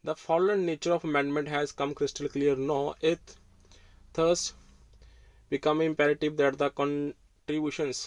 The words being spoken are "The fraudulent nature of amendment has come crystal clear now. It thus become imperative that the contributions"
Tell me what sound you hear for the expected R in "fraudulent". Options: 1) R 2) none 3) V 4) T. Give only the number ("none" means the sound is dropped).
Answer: 2